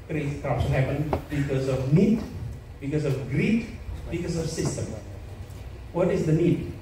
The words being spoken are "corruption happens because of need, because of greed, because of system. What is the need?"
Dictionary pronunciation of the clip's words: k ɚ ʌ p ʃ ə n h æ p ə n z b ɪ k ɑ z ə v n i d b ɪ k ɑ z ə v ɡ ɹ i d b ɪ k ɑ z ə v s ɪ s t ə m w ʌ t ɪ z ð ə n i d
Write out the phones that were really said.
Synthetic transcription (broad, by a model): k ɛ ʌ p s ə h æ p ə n b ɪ k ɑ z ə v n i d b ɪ k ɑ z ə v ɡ ɹ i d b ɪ k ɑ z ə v s ɪ s t ə m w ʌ t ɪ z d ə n i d